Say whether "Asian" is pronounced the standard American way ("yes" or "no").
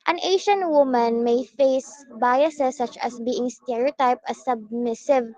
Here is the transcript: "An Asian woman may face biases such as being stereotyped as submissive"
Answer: no